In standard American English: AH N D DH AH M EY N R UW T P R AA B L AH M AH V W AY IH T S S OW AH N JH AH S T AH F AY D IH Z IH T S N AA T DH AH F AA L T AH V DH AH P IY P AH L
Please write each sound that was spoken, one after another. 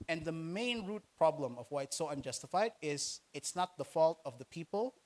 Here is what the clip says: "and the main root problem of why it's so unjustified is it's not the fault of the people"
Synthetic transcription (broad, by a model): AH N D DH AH M EY N R UW T P R AA B L AH M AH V W AY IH T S S OW AH N JH AH S T AH F AY D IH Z IH T S N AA T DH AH F AA L T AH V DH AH P IY P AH L